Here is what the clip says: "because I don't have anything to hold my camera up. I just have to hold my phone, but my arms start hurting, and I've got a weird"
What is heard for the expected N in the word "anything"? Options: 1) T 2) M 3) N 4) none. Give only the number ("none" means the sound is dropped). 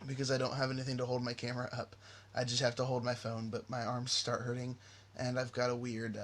3